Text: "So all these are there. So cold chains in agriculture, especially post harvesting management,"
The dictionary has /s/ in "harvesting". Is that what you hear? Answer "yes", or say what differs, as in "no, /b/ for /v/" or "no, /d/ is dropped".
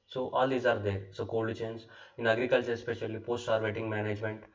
no, /s/ is dropped